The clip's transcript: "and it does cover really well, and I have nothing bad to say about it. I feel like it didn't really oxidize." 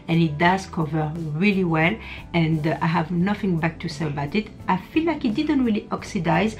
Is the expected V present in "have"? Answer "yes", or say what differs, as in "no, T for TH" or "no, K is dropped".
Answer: yes